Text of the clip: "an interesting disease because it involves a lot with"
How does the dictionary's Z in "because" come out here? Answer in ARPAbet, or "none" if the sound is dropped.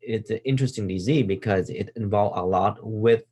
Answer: Z